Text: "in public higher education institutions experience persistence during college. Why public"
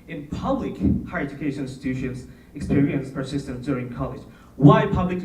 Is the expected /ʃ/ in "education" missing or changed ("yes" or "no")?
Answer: yes